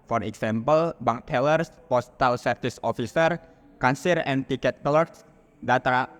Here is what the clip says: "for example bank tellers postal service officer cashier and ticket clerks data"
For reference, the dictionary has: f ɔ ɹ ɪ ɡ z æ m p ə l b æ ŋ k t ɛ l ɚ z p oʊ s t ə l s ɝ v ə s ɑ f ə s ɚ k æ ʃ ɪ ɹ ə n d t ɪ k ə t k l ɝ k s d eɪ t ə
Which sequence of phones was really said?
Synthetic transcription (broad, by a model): f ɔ ɹ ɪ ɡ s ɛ m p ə l b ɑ ŋ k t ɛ l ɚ s p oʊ s t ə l s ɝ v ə s ɑ f ə s ɚ k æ s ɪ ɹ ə n t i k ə t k l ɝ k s d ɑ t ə